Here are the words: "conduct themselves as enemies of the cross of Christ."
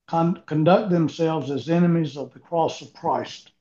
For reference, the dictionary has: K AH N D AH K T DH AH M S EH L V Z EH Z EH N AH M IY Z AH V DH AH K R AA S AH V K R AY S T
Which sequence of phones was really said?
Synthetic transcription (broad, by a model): K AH N D AH K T DH AH M S EH L V Z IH Z EH N AH M IY Z AH V DH AH K R AA S AH V K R AY S T